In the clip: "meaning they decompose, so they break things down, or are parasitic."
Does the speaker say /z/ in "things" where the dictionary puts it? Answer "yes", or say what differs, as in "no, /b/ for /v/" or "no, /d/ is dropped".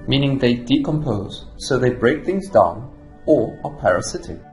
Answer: yes